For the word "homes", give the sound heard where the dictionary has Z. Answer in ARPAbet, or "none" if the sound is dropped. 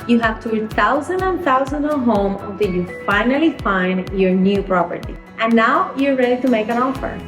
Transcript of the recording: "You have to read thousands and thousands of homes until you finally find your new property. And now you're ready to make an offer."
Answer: none